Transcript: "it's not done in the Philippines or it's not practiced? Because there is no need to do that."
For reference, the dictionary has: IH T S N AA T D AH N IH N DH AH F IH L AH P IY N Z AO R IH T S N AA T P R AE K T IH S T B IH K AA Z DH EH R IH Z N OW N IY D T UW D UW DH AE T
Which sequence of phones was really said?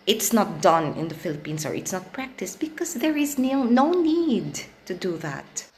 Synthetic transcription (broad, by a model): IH T S N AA T D AH N IH N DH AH F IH L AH P IY N S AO R IH T S N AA T P R AE K T IH S T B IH K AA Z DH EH R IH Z N OW N IY D T UW D UW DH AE T